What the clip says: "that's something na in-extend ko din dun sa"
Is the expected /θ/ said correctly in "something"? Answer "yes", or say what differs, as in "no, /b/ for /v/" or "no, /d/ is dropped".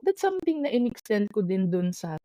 no, /t/ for /θ/